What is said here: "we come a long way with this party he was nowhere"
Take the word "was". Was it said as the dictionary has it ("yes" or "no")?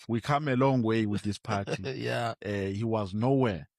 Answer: yes